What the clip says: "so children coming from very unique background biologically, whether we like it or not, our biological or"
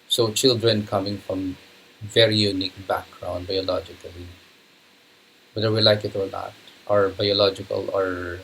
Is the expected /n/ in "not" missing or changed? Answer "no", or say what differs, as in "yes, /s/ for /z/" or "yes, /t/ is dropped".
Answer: yes, /l/ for /n/